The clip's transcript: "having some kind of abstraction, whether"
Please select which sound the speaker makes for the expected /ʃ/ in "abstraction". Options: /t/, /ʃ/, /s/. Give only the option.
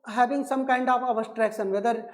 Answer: /s/